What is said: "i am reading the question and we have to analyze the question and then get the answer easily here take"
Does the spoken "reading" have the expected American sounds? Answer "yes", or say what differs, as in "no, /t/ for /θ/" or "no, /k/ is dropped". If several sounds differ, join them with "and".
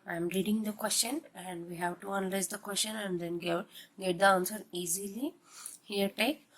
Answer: yes